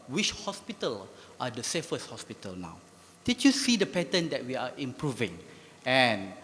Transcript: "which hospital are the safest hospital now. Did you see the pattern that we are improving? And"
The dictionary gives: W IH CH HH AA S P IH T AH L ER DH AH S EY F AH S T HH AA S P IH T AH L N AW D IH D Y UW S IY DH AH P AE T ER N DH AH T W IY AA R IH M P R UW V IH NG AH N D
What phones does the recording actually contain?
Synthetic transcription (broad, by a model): W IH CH HH AA S P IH T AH L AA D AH S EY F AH S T HH AA S P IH T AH L N AW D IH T Y UW S IY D AH P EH T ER N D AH T W IY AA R IH M P R UW V IH NG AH N